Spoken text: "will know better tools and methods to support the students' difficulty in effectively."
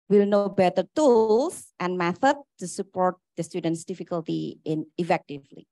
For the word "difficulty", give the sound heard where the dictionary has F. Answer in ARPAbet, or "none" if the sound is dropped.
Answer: F